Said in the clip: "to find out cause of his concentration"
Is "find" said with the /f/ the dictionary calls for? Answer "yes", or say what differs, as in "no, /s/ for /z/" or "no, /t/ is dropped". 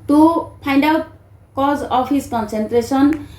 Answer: no, /p/ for /f/